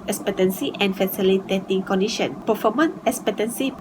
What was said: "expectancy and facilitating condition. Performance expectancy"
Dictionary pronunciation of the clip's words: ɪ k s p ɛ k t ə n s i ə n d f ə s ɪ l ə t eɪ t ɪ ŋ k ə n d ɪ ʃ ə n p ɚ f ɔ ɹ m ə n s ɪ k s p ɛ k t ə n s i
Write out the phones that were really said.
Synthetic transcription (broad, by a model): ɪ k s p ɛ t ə n s i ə n f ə s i l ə t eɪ t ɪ ŋ k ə n d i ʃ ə n p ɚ f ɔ m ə n ɪ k s p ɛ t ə n s i